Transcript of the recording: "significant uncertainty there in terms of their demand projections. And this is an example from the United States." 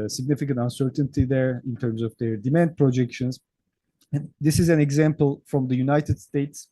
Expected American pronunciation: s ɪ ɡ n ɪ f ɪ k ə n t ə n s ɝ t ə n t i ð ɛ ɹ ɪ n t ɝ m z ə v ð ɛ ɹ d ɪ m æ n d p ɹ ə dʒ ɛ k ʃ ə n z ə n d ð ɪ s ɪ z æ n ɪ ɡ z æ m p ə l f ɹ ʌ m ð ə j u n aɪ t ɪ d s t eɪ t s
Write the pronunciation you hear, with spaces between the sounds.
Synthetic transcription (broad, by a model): s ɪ ɡ n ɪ f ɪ k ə n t ə n s ɝ t ə n t i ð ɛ ɹ ɪ n t ɝ m z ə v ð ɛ ɹ d ɪ m æ n d p ɹ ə dʒ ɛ k ʃ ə n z ə n d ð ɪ s ɪ z æ n ɪ ɡ z æ m p ə l f ɹ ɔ m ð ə j u n aɪ t ɪ d s t eɪ t s